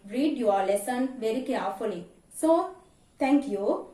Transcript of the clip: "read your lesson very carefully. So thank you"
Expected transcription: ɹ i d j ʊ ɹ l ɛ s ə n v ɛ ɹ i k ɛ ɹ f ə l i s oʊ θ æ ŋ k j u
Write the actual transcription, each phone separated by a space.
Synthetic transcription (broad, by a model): ɹ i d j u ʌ l ɛ s ə n v ɛ ɹ i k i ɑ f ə l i s oʊ t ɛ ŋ k j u